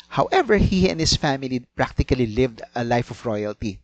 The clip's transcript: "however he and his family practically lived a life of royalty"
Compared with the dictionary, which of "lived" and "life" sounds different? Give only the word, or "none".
none